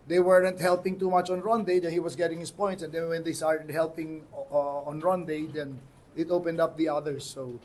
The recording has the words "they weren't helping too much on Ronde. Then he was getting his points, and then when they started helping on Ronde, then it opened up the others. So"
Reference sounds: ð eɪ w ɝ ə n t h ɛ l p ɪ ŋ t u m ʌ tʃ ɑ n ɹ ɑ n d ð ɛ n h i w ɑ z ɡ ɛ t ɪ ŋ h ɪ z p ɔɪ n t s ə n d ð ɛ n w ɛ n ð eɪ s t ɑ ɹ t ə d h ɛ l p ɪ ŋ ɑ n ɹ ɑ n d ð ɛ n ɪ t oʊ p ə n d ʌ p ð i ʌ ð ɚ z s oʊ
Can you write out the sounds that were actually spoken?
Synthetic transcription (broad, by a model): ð eɪ w ɝ ə n t h ɛ l p ɪ ŋ t u m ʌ tʃ ɑ n ɹ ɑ n d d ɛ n h i w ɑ s ɡ ɛ t ɪ ŋ h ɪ s p ɔɪ n t s ə n d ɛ n w ɛ n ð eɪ s t ɑ ɹ t ə d h ɛ l p ɪ ŋ ɑ n ɹ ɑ n d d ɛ n ɪ t oʊ p ə n d ʌ p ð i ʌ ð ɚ s oʊ